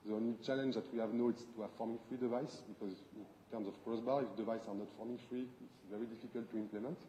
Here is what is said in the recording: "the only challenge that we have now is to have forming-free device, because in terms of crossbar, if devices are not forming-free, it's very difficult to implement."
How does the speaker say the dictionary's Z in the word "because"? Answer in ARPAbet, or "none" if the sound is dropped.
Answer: Z